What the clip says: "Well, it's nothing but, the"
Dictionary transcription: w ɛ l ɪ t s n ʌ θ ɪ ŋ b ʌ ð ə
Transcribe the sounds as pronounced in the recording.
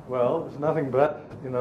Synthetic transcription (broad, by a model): w ɛ l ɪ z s n ʌ θ ɪ ŋ b ʌ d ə